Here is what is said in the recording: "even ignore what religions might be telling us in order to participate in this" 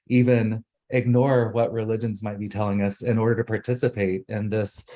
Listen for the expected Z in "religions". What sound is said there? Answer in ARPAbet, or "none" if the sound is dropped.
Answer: Z